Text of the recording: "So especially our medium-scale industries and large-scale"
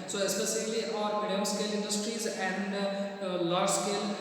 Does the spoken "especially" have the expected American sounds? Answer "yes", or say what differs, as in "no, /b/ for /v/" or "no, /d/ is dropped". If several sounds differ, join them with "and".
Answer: no, /s/ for /ʃ/